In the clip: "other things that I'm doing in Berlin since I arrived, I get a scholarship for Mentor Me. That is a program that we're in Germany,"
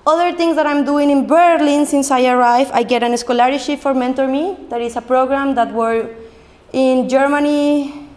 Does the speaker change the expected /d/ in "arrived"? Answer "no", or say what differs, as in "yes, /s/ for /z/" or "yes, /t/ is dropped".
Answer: yes, /d/ is dropped